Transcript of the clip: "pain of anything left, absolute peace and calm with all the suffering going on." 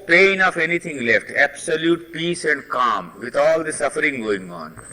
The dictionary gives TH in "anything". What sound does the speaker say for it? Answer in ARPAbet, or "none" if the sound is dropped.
T